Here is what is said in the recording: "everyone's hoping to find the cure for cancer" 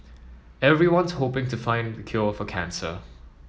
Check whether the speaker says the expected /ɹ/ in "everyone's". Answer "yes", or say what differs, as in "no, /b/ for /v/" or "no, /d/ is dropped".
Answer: yes